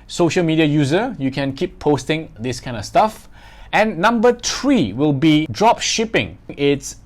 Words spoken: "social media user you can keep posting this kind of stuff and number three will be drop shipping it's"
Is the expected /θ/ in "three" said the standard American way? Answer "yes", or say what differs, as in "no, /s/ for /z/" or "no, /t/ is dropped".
no, /t/ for /θ/